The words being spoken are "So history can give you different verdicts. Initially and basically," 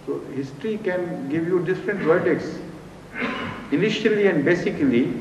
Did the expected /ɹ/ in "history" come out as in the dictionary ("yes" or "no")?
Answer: yes